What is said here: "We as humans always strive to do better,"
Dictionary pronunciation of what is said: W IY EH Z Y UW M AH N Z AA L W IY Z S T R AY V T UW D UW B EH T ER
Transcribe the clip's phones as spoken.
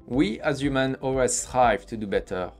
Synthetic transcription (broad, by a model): W IY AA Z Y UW M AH N AA L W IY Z S T R AY V T UW D UW B EH T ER